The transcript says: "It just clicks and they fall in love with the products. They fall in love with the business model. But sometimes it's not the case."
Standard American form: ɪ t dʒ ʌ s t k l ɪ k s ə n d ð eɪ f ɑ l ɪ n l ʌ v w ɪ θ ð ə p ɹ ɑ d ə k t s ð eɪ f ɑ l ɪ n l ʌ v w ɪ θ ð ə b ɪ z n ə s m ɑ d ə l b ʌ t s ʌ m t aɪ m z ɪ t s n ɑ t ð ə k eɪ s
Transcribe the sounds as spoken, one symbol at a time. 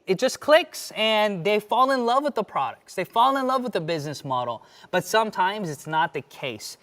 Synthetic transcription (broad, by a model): ɪ t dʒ ʌ s k l ɪ k s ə n ð eɪ f ɑ l ɪ n l ʌ v w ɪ ð ə p ɹ ɑ d ə k t s ð eɪ f ɑ l ɪ n l ʌ v w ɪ ð ə b ɪ z n ə s m ɑ d l b ʌ t s ʌ m t aɪ m z ɪ t s n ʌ t ð ə k eɪ s